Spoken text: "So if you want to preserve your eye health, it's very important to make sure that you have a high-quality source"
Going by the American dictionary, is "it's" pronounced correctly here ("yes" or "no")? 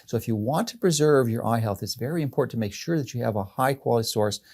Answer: yes